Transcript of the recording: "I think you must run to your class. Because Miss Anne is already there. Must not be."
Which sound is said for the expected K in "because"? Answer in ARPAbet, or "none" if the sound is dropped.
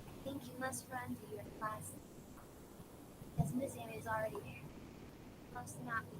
none